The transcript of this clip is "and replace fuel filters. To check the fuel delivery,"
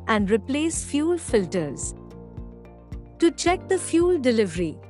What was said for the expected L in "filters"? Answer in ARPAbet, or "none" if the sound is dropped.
L